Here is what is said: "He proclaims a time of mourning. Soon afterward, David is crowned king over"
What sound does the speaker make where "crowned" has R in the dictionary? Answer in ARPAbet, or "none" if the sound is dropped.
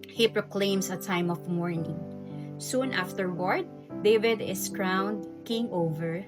R